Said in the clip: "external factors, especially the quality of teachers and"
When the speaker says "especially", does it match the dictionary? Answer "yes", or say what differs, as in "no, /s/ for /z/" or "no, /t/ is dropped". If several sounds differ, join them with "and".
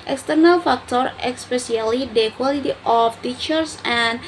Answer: no, /s/ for /ʃ/